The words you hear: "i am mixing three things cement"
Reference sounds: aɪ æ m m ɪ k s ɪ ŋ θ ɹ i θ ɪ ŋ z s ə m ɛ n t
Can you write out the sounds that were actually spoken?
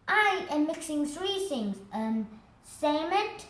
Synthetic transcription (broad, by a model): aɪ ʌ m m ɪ k s ɪ ŋ θ ɹ i θ ɪ ŋ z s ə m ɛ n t